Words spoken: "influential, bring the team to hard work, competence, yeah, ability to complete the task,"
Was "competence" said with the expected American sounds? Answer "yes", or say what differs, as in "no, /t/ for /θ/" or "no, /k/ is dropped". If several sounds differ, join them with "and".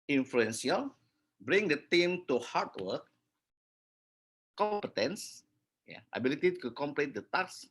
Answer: yes